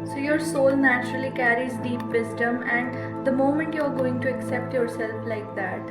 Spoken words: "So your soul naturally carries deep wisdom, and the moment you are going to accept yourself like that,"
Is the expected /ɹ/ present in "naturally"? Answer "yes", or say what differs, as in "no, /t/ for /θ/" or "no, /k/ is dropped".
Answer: yes